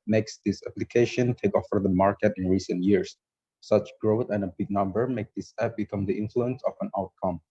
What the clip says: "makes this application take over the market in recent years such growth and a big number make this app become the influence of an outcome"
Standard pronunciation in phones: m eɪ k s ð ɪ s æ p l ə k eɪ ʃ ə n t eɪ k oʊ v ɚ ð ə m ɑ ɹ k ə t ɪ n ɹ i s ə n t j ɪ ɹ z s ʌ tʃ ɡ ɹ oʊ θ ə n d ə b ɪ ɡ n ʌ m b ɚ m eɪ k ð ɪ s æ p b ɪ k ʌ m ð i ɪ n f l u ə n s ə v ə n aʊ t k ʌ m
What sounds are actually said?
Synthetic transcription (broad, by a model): m eɪ k s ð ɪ s æ p l ə k eɪ ʃ ə n t eɪ k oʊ f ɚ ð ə m ɑ ɹ k ə t ɪ n ɹ i s ə n t j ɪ ɹ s s ʌ tʃ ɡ ɹ oʊ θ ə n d ə b ɪ ɡ n ʌ m b ɚ m eɪ k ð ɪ s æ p b ɪ k ʌ m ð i ɪ n f l u ə n s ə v ə n aʊ t k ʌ m